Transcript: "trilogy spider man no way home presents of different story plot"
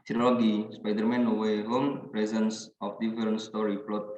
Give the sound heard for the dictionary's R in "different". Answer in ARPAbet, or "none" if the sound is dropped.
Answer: none